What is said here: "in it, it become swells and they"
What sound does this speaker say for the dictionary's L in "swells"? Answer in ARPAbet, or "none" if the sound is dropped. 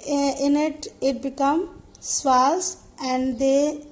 none